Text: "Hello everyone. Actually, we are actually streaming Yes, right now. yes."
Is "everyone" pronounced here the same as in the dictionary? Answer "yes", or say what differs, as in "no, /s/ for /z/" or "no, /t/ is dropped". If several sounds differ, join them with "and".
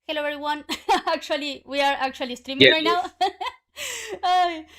no, /v/ is dropped